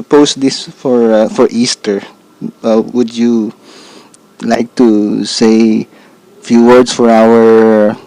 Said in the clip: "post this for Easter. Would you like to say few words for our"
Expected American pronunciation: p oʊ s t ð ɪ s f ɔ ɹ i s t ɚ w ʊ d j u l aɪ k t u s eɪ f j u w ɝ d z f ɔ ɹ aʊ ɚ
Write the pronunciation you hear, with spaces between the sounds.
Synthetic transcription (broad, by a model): p oʊ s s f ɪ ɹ f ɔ ɹ i s t ɚ w ʊ d j u l aɪ k t u s eɪ f j u w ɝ d s f ɔ ɹ aʊ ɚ